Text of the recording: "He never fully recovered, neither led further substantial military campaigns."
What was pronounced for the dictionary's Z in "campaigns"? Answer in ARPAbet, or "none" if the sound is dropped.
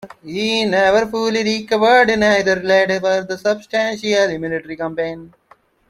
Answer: none